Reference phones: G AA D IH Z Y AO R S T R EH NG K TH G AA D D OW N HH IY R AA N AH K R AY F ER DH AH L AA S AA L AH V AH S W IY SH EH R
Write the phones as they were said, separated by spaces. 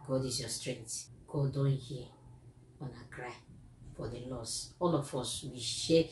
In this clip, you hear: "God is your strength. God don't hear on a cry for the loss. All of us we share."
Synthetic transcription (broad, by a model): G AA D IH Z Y AO S T R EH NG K T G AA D D OW N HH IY AA N AH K R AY F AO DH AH L AA S AA L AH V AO S W IY SH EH